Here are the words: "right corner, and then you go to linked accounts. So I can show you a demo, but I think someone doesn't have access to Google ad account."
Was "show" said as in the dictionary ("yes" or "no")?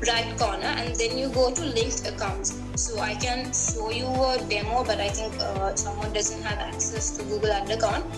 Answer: no